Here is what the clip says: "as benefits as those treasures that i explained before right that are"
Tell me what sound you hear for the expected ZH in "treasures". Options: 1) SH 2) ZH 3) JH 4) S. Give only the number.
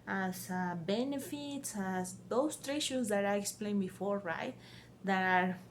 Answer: 1